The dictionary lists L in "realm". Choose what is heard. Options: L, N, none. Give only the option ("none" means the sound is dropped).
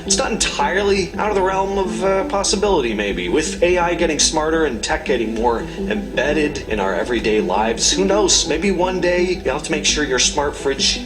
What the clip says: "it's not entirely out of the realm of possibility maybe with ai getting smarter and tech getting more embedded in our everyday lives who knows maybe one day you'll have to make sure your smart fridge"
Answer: L